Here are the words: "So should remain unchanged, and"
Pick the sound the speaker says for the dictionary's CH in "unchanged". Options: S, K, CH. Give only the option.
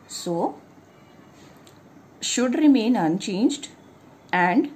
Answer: CH